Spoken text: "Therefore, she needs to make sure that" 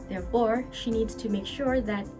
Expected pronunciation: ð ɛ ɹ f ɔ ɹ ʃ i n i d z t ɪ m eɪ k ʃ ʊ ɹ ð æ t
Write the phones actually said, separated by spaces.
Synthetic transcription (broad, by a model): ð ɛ ɹ f ɔ ɹ ʃ i n i d z t ɪ m eɪ k ʃ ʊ ɹ ð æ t